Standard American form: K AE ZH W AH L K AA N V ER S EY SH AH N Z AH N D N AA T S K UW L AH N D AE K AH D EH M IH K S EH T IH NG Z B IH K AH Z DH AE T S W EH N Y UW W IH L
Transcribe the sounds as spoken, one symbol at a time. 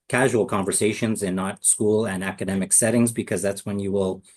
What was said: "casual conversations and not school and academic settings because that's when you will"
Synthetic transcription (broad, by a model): K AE ZH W L K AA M V ER S EY SH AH N Z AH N N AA T S K UW L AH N AE K AH D EH M IH K S EH T IH NG Z B IH K AH Z DH AE T S W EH N Y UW W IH L